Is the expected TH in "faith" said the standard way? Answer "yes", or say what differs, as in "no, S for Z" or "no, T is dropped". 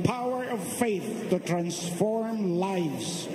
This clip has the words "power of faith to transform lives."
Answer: yes